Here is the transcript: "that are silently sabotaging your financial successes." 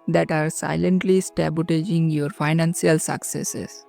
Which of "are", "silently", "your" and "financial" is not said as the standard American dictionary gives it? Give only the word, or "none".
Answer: financial